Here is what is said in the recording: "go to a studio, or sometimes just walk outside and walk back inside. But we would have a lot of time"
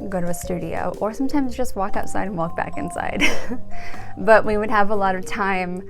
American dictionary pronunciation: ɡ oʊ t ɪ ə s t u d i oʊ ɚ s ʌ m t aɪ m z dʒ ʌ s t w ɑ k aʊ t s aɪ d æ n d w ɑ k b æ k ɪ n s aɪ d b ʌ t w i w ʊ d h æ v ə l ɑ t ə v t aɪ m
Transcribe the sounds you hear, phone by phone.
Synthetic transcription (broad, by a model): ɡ oʊ t ɪ ə s t u d i oʊ ɚ s ʌ m t aɪ m z dʒ ʌ s t w ɑ k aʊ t s aɪ d n w ɑ k b æ k ɪ n s aɪ d b ʌ t w i w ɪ d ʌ v ə l ɑ t ə v t aɪ m